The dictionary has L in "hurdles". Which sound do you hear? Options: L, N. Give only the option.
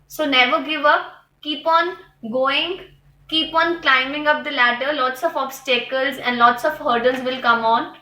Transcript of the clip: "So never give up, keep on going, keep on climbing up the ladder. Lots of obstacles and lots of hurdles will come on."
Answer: N